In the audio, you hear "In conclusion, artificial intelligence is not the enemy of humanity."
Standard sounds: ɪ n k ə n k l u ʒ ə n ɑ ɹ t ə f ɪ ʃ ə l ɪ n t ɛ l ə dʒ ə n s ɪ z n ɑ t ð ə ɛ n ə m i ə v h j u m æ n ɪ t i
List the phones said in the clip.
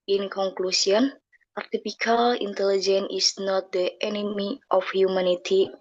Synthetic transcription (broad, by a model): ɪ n k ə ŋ k l u s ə n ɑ ɹ t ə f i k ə l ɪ n t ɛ l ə dʒ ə n ɪ s n ɑ t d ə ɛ n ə m i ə f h j u m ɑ n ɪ t i